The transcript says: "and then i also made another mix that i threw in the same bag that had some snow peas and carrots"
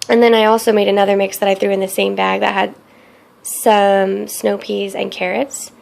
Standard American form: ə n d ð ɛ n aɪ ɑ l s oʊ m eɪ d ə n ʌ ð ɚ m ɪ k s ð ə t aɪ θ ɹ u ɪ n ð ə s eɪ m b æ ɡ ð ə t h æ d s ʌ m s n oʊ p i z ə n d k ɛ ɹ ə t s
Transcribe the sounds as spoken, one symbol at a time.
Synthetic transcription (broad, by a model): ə n ð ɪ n aɪ ɑ l s oʊ m eɪ d ə n ʌ ð ɚ m ɪ k s ð ə t aɪ θ ɹ u ɪ n ð ə s eɪ m b æ ɡ ð ə t h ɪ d s ʌ m s n oʊ p i z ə n k ɛ ɹ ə t s